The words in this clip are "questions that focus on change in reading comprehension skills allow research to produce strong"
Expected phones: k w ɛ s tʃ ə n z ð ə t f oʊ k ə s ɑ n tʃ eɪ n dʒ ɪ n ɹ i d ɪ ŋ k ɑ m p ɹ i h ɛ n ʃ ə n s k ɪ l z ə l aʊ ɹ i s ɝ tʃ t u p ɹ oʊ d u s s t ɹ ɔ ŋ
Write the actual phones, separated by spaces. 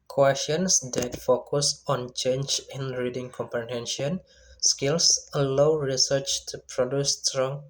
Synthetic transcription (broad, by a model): k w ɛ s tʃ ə n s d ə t f oʊ k ə s ɑ n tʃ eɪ n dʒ ɪ n ɹ i d ɪ ŋ k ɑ m p i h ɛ n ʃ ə n s k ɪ l s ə l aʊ ɹ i s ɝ tʃ t u p ɹ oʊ d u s s t ɹ ɔ ŋ